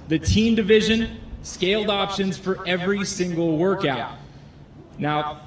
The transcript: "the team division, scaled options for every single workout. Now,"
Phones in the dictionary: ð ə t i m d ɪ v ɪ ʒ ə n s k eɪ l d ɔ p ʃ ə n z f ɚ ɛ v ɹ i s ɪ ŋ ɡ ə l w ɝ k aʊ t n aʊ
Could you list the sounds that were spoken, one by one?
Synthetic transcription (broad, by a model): ð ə t i m d ɪ v ɪ ʒ ə n s k eɪ l d ɔ p ʃ ə n z f ɚ ɛ v ɹ i s ɪ ŋ ɡ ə l w ɝ k aʊ t n aʊ